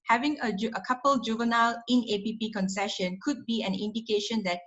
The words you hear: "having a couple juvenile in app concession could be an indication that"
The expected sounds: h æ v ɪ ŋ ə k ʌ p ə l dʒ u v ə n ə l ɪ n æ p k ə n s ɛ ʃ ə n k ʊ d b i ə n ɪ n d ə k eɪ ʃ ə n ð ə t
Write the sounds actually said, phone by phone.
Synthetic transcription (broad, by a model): h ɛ v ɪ ŋ ə k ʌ p ə l dʒ u v ə n ə l ɪ n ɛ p k ə n s ɛ ʃ ə n k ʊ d b i ə n ɪ n d ə k eɪ ʃ ə n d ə t